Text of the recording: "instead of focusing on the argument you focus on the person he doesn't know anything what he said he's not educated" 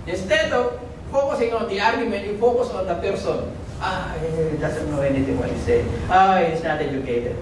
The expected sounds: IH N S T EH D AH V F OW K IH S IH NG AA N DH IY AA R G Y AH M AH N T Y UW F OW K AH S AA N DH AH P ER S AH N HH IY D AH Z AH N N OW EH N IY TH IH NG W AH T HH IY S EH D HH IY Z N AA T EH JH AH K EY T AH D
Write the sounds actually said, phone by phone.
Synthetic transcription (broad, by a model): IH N S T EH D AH F OW K IH S IH NG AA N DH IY AA R G Y AH M AH N T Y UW F OW K AH S AA N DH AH P ER S AH N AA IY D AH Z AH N N OW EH N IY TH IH NG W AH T HH IY S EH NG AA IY S N AA T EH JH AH K EY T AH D